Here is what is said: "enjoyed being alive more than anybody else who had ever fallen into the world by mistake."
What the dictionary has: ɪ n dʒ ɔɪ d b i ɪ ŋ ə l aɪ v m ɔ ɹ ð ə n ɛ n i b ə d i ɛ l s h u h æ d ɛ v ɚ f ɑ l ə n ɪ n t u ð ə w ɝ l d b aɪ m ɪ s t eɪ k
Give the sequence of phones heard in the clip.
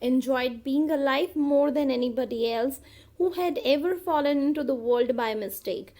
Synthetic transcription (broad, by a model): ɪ n dʒ ɔɪ d b i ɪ ŋ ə l aɪ f m ɔ ɹ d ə n ɛ n i b ə d i ɛ l s h u h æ d ɛ v ɚ f ɑ l ə n ɪ n t u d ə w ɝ l d b aɪ m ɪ s t eɪ k